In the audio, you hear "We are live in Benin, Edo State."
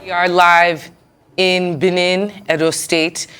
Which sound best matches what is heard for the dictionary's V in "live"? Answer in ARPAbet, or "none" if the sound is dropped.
V